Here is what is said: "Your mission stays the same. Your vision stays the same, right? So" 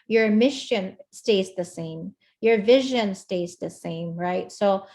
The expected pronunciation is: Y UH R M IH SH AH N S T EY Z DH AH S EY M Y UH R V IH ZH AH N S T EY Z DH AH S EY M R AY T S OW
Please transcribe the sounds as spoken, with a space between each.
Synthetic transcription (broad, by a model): Y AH R M IH SH AH N S T EY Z DH AH S EY M Y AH R V IH ZH AH N S T EY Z DH AH S EY M R AY T S OW